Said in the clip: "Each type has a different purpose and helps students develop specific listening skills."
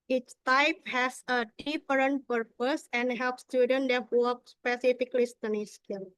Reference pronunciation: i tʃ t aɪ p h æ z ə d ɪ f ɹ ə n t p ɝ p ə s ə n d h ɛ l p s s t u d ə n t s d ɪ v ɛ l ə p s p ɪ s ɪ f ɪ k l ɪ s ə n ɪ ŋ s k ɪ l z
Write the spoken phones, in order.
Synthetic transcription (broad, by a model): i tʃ t aɪ p h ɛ s ə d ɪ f ɹ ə n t p ɝ p ə s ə n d h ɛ l p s s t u d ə n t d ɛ ə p s p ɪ s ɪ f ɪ k l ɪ s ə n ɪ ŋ s k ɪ l